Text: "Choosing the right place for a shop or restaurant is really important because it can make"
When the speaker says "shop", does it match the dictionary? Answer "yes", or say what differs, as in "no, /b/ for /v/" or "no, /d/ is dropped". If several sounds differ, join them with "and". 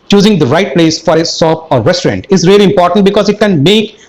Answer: no, /s/ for /ʃ/